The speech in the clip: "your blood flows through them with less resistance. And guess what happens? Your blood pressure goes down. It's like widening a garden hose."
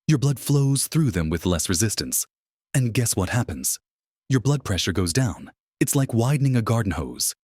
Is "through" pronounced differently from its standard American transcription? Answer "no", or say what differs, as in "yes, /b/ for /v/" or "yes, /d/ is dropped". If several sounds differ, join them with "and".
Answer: no